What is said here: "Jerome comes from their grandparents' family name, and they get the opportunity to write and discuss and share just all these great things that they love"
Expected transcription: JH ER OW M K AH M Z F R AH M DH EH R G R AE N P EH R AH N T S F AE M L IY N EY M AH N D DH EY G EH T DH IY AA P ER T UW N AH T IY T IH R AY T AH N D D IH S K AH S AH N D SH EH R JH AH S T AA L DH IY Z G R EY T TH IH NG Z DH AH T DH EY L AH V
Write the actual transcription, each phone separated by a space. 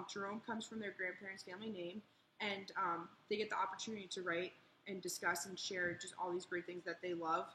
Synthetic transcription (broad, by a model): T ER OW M K AH M Z F R AH M DH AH R G R AE N P EH R AH N T S F AE M L IY N EY M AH N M DH EY G EH T DH IY AA P ER T UW N AH T IY T IH R AY T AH N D D IH S K AH S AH N SH EH R JH AH S T AA L DH IY Z G R EY T TH IH NG Z DH AH T DH EY L AH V